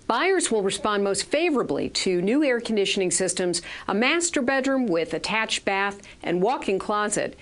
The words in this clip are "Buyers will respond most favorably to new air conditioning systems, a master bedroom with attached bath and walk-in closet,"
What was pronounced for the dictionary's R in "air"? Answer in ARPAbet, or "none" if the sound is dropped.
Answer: R